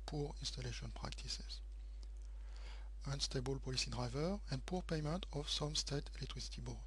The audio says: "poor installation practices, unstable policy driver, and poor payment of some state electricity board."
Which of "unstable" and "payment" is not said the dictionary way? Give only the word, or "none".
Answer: none